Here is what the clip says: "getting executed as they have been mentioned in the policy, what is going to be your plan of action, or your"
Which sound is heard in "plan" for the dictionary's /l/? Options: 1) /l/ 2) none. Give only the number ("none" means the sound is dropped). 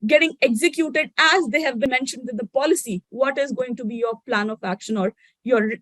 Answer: 1